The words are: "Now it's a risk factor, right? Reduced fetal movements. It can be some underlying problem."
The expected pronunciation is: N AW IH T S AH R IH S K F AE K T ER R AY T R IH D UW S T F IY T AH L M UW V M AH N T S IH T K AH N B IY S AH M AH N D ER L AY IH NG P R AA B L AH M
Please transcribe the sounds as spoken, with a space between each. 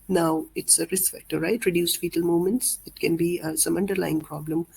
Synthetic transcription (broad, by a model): N AW IH T S AH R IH S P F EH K T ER R AY T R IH D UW S F IY T AH L M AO M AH N T S IH T K AH N B IY S AH M AH N D ER L AY IH NG P R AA B L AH M